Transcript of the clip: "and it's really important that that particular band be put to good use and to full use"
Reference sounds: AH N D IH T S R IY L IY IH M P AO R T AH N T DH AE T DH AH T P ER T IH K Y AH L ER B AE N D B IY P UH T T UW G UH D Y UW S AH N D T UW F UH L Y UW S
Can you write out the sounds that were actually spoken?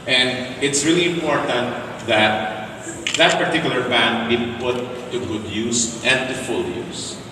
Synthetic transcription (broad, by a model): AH N D IH T S R IY L IY IH M P AO R T AH N T DH AE T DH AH T P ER T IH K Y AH L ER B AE N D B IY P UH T T UW G UH D Y UW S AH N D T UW F UH L Y UW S